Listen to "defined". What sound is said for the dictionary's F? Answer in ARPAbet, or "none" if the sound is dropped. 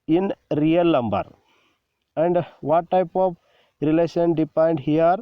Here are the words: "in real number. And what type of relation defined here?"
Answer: P